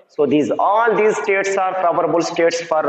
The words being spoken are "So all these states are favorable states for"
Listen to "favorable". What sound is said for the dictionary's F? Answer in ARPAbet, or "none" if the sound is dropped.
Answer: P